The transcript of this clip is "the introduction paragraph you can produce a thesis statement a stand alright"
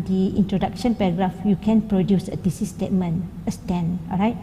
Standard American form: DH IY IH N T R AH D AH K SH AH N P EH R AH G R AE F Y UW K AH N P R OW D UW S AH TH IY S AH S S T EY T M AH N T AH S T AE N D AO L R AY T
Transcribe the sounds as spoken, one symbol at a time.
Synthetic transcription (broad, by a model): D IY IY N T R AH D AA K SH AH N P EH R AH G R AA F Y UW K AH N P R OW D UW S AH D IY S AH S S T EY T M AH N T AH S T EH N AO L R AY T